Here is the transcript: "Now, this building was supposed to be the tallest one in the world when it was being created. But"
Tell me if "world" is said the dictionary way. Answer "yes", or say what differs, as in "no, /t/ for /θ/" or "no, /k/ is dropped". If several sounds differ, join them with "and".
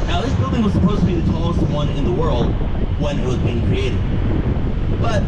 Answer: yes